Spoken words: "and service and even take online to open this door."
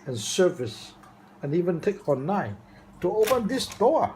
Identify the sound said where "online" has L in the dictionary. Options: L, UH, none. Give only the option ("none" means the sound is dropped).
none